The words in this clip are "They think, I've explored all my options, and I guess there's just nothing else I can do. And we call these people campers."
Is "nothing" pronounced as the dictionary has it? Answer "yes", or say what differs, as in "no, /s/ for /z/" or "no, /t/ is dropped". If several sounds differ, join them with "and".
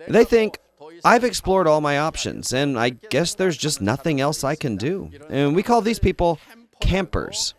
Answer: yes